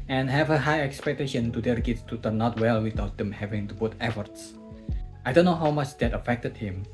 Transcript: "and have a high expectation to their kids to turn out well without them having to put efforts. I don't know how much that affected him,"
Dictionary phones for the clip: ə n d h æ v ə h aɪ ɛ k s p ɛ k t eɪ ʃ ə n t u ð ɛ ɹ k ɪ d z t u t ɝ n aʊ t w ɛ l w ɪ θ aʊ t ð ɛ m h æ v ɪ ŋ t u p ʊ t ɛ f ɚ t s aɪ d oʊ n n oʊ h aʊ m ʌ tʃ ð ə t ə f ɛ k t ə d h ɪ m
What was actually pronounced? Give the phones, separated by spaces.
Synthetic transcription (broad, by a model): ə n h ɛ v ə h aɪ ɛ k s p ɛ k t eɪ ʃ ə n t u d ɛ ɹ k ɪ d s t u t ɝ n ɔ t w ɛ l w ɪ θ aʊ t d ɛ m h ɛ v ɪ ŋ t u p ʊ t ɛ f ɚ t s aɪ d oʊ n n oʊ h aʊ m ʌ tʃ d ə t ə f ɛ k t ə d h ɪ m